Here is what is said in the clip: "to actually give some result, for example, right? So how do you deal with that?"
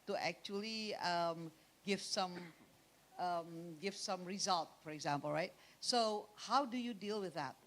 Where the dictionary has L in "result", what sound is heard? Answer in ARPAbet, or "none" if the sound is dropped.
L